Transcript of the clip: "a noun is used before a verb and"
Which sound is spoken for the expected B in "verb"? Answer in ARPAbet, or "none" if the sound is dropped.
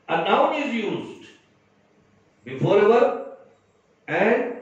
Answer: none